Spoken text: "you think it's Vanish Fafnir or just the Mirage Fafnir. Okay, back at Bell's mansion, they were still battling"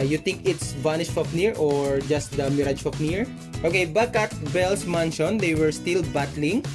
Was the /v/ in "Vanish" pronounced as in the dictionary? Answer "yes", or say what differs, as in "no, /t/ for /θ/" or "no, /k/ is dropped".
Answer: no, /b/ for /v/